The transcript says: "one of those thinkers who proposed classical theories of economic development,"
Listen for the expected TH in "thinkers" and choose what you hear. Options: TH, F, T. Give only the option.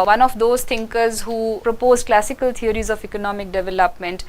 T